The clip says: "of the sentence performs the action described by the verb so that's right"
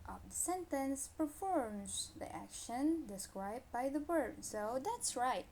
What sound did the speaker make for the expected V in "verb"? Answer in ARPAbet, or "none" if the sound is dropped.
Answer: W